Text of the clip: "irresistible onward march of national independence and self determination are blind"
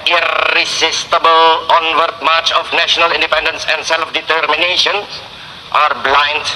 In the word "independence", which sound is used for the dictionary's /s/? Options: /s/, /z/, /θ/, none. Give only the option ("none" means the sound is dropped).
/s/